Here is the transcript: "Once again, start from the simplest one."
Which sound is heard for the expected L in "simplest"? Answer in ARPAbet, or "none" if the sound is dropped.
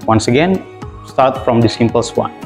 none